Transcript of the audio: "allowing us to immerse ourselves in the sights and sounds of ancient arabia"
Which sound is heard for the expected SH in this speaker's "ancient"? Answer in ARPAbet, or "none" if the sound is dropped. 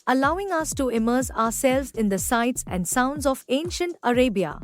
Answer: SH